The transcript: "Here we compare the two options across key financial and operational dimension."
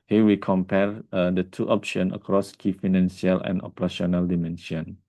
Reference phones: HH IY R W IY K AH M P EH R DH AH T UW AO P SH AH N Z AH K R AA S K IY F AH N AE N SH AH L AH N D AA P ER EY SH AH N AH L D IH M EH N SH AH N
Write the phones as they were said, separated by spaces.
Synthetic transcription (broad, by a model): HH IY W IY K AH M P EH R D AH T UW AO P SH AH N AH K R AA S K IY F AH N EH N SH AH L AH N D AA P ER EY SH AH N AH L D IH M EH N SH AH N